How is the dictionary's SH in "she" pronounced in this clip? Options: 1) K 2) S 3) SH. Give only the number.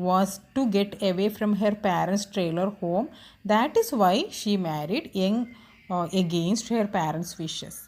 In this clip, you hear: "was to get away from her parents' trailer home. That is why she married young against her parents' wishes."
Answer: 3